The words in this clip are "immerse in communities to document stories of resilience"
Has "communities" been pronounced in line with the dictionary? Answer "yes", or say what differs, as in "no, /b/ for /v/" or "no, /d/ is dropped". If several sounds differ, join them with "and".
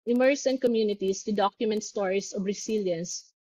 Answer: no, /s/ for /z/